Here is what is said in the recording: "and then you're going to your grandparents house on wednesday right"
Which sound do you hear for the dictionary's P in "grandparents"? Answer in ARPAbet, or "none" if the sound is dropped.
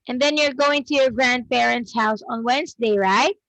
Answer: B